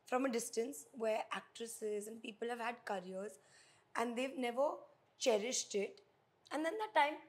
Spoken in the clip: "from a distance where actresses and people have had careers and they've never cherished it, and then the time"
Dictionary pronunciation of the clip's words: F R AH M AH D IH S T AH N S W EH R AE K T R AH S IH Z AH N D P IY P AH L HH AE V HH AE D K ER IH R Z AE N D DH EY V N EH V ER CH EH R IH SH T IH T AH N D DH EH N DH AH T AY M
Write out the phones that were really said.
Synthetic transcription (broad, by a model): F R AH M AH D IH S T AH N S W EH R AE K T R AH S IH Z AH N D P IY P AH L HH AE V HH AE D K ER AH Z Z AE N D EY V N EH V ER CH EH R IH SH T IH T AH N D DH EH N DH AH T AY M